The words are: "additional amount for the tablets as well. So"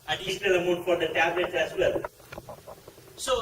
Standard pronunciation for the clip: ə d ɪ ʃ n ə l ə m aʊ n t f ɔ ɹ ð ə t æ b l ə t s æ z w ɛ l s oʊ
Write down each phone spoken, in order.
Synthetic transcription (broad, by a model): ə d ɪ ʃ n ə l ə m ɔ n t f ɔ ɹ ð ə t æ b l ə t s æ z w ɛ l s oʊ